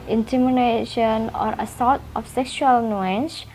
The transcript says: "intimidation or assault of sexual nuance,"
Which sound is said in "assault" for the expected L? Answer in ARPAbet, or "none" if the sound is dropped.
none